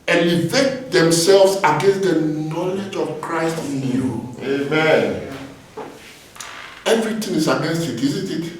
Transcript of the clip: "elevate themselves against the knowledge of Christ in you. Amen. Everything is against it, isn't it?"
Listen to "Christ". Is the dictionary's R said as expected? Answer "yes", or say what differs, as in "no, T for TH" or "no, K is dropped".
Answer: yes